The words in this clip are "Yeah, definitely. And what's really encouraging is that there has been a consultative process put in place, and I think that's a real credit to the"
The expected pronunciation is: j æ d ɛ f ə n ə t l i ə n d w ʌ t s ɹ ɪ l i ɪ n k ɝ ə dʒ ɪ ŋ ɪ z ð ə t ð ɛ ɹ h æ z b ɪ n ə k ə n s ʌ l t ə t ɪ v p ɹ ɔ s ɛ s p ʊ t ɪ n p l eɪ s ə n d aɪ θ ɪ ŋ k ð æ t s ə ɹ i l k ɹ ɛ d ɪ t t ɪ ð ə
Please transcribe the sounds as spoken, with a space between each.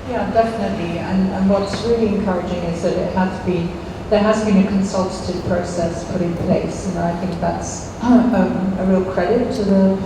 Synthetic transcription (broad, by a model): j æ d ɛ f ə n ə t l i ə n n w ʌ t s ɹ ɪ l i ɪ n k ɝ ə dʒ ɪ ŋ ɪ z ð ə t ð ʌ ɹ h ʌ z b ɪ n ə k ə n s ʌ l t ə t ɪ v p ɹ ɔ s ɛ s p ʊ t ɪ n p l eɪ s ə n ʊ aɪ θ ɪ ŋ k ð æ t s ə ɹ i l k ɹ ɛ d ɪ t t ɪ ð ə